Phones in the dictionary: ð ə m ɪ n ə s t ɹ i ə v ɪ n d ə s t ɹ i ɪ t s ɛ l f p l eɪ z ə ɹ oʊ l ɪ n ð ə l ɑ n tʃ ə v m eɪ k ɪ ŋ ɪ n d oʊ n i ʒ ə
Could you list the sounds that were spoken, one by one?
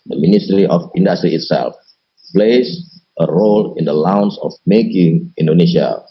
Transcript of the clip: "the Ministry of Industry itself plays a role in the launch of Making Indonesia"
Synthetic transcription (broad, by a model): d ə m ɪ n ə s t ɹ i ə f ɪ n d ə s t ɹ i ɪ t s ɛ l f p l eɪ s ə ɹ oʊ l ɪ n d ə l ɑ n s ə f m eɪ k ɪ ŋ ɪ n d oʊ n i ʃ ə